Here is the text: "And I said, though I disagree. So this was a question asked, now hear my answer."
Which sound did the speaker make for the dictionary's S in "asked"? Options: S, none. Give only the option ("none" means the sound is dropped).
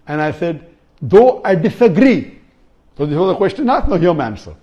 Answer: none